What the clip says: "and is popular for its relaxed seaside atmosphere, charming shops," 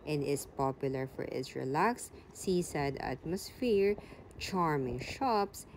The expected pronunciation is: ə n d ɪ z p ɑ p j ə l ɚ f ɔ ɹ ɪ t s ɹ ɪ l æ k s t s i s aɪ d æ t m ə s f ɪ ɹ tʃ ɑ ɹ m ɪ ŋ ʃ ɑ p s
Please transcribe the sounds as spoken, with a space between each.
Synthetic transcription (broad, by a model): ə n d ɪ s p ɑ p j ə l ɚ f ɔ ɹ ɪ t s ɹ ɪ l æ k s s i s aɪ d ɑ t m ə s f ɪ ɹ tʃ ɑ ɹ m ɪ ŋ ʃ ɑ p s